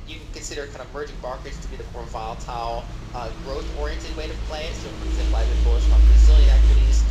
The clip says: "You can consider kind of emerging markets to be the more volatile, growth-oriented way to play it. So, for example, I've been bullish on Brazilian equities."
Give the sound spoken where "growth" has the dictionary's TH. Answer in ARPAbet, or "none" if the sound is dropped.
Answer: TH